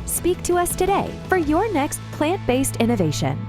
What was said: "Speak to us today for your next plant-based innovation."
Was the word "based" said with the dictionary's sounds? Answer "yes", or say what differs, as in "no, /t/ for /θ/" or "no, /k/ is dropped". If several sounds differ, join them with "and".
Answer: yes